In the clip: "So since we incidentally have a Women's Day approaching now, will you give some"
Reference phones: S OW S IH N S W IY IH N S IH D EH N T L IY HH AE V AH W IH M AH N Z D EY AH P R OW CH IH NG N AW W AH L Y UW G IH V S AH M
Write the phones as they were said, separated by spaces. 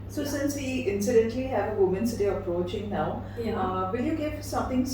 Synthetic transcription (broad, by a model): S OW S IH N S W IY IH N S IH D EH N T L IY HH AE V AH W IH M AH N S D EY AH P R OW CH IH NG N AW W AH N Y UW G IH V S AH M